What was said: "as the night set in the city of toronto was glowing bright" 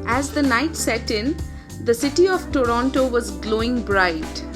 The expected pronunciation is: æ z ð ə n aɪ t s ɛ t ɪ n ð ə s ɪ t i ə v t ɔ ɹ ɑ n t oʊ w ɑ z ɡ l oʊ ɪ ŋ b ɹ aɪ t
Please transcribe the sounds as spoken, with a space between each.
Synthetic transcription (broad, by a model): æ z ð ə n aɪ t s ɛ t ɪ n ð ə s ɪ t i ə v t ɔ ɹ ɑ n t oʊ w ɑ z ɡ l oʊ ɪ ŋ b ɹ aɪ t